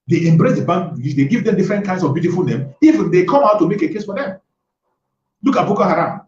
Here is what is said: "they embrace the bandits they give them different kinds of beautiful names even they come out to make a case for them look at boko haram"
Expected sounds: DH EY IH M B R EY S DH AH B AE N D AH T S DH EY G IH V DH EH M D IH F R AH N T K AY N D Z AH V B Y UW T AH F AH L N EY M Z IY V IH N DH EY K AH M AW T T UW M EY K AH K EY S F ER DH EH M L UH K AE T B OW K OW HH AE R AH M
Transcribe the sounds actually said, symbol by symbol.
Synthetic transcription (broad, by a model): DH EY IH M B R EY S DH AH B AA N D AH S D EY G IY V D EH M D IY F R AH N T K AY N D S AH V B Y UW T AH F AH L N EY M IY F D EY K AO M AW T T UW M EY K AH K EY S F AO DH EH M L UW K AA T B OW K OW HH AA R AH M